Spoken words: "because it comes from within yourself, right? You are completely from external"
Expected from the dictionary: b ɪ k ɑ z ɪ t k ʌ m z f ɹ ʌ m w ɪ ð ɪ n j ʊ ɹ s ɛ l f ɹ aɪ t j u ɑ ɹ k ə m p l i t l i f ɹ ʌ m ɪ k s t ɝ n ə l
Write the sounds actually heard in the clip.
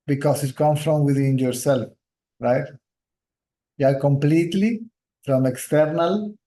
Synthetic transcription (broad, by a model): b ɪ k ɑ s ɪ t k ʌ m f ɹ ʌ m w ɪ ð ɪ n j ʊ ɹ s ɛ l f ɹ aɪ t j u ɑ ɹ k ə m p l i t l i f ɹ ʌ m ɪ k s t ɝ n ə l